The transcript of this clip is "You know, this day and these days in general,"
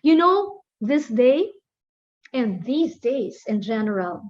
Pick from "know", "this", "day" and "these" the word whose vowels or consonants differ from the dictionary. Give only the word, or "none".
none